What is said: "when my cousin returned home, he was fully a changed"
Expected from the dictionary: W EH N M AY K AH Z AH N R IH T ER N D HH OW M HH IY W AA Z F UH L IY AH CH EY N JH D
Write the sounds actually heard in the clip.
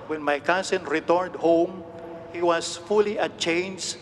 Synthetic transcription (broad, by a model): W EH N M AY K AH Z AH N R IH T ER N D HH OW M HH IY W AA S F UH L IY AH CH EY N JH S